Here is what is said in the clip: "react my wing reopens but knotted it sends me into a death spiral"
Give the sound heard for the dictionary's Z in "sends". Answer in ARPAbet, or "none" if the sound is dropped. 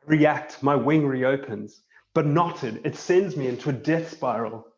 Z